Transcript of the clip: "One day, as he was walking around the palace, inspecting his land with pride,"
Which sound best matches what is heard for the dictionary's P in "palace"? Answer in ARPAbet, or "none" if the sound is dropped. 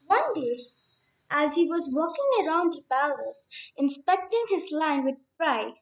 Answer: B